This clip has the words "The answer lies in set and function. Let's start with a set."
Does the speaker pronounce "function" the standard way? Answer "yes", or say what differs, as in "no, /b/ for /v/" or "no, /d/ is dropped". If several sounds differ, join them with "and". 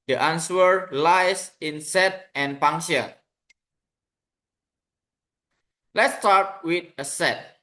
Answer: no, /k/ is dropped